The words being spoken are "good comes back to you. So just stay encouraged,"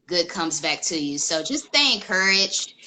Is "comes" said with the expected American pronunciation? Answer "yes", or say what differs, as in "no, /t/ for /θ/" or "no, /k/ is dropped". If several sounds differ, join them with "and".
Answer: yes